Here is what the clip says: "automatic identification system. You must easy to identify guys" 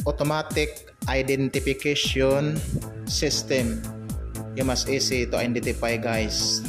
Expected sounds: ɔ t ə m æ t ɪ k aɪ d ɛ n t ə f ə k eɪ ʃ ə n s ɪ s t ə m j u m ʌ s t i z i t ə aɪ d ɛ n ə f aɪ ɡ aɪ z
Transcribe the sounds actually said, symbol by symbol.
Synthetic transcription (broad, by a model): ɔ t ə m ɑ t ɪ k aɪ d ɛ n t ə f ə k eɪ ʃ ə n s ɪ s t ə m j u m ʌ s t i s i t ə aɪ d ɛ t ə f aɪ ɡ aɪ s